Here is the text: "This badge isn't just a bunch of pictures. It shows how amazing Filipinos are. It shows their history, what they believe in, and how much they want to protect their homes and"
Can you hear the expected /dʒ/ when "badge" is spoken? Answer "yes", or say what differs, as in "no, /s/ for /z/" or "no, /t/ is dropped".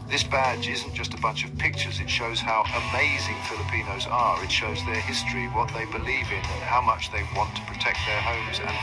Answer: yes